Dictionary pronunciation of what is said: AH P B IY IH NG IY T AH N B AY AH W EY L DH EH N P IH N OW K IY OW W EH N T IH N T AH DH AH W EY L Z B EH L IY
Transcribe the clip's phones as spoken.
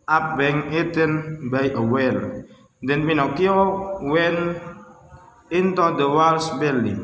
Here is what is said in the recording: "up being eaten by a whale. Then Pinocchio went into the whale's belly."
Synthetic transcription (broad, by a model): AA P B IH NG IY T AH N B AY AH W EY L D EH N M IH N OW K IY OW W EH N IH N T AH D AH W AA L S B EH L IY